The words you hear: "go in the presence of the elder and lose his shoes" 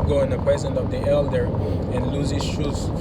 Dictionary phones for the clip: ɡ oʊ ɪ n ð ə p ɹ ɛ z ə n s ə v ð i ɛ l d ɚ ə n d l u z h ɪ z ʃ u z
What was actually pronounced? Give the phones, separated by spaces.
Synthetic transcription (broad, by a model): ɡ oʊ ɪ n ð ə p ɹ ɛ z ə n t ə v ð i ɛ l d ɚ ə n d l u z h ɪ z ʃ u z